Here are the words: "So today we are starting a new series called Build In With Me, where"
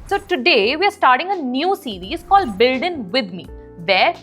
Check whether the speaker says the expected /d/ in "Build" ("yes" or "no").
yes